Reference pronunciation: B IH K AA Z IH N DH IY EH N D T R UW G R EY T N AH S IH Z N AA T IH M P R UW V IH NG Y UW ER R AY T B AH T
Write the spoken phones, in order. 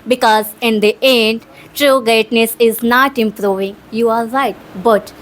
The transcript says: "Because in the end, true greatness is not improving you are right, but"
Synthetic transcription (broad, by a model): B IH K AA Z IH N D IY EH N D T R UW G EY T N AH S IH Z N AA T IH M P R UW V IH NG Y UW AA R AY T B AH T